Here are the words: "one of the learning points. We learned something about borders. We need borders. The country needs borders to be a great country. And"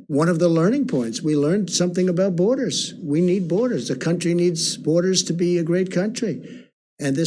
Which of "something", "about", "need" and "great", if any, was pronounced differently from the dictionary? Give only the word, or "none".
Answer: none